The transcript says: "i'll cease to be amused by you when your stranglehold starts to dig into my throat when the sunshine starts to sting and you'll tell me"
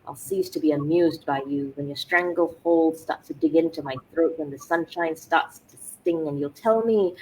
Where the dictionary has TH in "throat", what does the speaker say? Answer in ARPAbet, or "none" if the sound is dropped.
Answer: TH